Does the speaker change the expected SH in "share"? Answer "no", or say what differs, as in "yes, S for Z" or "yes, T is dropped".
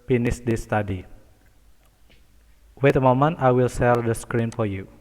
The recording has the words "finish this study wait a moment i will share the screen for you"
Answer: yes, S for SH